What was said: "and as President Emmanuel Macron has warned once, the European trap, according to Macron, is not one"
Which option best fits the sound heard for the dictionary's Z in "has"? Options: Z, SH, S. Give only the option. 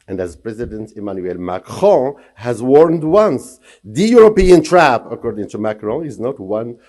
Z